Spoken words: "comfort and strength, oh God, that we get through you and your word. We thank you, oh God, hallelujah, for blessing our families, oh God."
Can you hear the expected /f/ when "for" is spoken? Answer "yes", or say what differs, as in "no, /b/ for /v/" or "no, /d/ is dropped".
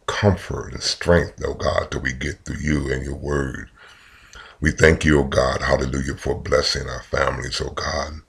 yes